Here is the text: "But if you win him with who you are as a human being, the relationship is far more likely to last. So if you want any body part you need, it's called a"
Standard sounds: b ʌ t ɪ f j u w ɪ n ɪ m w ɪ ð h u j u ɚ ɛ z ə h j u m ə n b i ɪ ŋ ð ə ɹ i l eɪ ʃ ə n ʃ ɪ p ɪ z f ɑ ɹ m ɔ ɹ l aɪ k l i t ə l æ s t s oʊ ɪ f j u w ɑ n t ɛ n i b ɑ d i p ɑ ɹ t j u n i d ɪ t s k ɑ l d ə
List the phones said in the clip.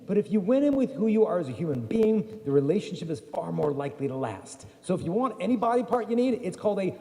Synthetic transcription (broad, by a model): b ʌ t ɪ f j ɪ w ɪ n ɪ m w ɪ ð h u j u ɚ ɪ z ə h j u m ə n b i ɪ ŋ ð ə ɹ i l eɪ ʃ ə n ʃ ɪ p ɪ z f ɑ ɹ m ɔ ɹ l aɪ k l i t ə l æ s t s oʊ ɪ f j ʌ w ɑ n t ɛ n i b ɑ d i p ɑ ɹ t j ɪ n i d ɪ t s k ɑ l d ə